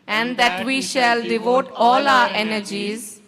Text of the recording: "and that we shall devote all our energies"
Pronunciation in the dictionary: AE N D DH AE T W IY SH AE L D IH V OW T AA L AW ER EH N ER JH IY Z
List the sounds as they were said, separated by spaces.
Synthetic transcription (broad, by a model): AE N D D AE T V IY SH AE L D IH V OW T AA L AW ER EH N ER JH IY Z